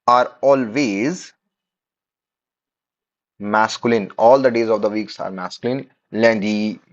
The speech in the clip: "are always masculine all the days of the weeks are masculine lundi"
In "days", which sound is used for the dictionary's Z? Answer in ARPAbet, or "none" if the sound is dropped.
Z